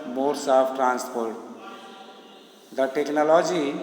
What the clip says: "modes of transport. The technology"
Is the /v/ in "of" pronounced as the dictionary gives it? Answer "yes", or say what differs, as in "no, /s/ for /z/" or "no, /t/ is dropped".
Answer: no, /p/ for /v/